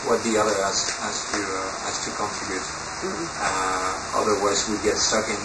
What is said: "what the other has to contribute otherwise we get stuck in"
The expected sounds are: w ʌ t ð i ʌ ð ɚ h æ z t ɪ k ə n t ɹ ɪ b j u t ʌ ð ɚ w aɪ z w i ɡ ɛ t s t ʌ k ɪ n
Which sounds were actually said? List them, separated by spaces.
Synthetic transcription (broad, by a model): w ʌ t ð i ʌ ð ɚ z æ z t ɪ k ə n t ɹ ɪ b j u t ʌ ð ɚ w aɪ z w i ɡ ɛ t s t ʌ k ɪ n